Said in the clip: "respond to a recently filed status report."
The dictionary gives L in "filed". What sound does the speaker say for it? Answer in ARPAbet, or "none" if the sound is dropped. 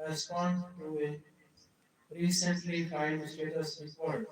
none